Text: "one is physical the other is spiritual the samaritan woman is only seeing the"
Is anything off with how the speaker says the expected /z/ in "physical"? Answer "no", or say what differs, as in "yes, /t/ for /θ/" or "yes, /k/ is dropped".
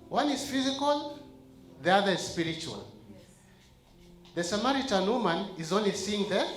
no